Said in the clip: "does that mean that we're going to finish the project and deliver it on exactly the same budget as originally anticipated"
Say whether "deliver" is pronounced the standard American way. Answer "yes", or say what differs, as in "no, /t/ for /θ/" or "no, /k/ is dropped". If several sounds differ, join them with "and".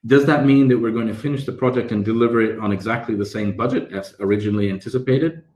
yes